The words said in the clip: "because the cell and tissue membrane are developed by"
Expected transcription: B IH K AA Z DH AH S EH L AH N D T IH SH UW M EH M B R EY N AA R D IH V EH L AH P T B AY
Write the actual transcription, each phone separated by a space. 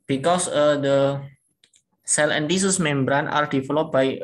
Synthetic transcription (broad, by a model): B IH K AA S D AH S EH L AH N D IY S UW M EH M B R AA N AA R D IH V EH L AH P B AY